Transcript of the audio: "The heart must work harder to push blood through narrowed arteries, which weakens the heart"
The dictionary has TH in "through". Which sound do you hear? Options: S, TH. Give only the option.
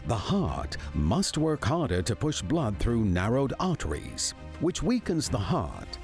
TH